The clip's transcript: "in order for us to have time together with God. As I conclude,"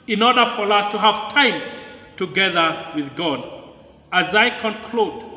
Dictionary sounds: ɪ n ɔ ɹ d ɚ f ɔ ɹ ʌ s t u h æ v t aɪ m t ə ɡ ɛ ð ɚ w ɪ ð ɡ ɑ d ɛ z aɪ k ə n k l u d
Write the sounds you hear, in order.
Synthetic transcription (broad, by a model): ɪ n ɔ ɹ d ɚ f ɔ ɹ ʌ s t u h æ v t aɪ m t ə ɡ ɛ ð ɚ w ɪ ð ɡ ɑ d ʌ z aɪ k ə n k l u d